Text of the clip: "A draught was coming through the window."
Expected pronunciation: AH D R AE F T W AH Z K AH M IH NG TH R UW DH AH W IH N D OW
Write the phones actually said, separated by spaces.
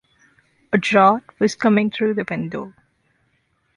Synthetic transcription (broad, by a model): AH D R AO T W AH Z K AH M IH NG T R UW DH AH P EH N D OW